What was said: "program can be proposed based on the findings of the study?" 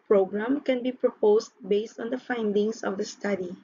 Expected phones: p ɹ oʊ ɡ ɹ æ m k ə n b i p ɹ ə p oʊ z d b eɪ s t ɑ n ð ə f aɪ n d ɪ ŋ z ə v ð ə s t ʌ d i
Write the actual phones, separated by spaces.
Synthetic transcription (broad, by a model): p ɹ oʊ ɡ ɹ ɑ m k ə n b i p ɹ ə p oʊ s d b eɪ s t ɑ n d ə f aɪ n d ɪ ŋ s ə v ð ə s t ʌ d i